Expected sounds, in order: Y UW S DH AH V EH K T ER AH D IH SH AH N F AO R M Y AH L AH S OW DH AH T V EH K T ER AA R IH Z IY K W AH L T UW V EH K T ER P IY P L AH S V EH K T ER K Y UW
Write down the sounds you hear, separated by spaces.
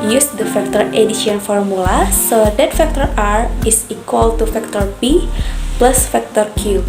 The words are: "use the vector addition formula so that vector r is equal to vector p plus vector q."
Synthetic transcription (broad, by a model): Y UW S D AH F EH K T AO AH D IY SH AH N F AO R M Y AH L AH S OW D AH T F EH K T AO AA R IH S IY K W AH L T UW F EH K T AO B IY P L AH S F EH K T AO K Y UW